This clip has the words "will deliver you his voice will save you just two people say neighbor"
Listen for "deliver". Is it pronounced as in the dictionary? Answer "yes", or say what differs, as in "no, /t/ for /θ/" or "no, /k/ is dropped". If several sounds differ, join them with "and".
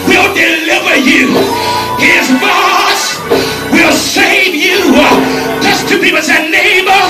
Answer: yes